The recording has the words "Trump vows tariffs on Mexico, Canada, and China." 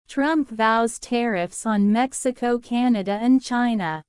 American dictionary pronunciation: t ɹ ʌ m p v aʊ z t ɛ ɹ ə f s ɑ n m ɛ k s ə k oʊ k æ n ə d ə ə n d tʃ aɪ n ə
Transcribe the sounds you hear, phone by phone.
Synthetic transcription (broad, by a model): t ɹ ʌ m p v aʊ z t ɛ ɹ ə f s n m ɛ k s ə k oʊ k æ n ə d ə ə n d tʃ aɪ n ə